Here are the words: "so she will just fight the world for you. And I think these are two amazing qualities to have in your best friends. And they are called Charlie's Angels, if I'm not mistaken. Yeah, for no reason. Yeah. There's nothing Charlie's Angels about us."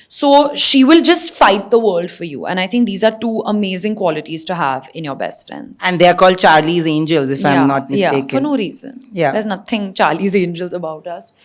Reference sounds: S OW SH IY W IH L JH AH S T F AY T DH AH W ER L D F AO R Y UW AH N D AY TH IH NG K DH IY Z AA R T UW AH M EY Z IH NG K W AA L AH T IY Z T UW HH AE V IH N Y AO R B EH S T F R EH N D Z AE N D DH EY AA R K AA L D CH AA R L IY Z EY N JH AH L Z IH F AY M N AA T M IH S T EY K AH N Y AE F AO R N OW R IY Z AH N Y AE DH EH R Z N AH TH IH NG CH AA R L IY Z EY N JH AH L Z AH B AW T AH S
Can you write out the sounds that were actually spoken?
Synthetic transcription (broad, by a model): S OW SH IY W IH L JH AH S T F AY T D AH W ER L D F AO R Y UW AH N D AY T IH NG K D IY Z AA R T UW AH M EY Z IH NG K W AA L AH T IY Z T UW HH AE V IH N Y AO R B EH S T F R EH N D Z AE N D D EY AA R K AA L D CH AA R L IY Z EY N JH AH L Z IH F AY M N AA T M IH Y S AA AH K F AO R N OW R IY Z AH N Y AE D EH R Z N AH T IH NG CH AA R L IY Z EY N JH AH L Z AH B AW T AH S